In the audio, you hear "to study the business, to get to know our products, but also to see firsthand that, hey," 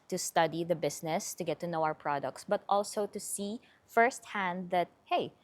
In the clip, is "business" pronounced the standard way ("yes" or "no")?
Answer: no